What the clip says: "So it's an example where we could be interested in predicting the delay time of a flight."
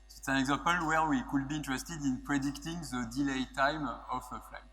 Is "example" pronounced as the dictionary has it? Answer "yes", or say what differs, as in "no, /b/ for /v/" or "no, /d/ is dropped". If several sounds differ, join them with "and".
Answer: no, /m/ is dropped